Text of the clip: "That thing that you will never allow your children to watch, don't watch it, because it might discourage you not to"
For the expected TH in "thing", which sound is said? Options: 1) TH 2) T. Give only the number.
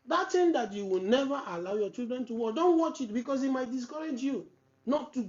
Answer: 2